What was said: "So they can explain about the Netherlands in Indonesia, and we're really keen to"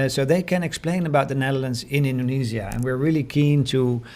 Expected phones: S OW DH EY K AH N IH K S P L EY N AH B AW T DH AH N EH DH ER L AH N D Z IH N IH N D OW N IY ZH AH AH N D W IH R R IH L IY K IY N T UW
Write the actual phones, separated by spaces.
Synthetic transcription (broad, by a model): S OW DH EY K AH N IH K S P L EY N AH B AW T DH AH N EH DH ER L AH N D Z IH N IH N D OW N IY Z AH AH N W IH R R IH L IY K IY N T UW